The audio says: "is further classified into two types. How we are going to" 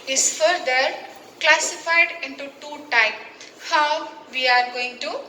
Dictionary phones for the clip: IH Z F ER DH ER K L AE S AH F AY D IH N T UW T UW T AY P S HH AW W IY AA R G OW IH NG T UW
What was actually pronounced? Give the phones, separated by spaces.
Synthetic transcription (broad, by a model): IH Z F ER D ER K L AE S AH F AY D IH N T UW T UW T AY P HH AW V IY AA R G OW IH NG T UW